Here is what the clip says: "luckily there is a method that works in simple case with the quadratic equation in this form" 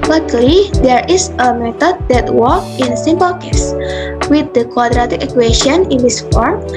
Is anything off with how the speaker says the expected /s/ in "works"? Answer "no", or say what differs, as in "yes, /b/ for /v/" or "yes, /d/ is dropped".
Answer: yes, /s/ is dropped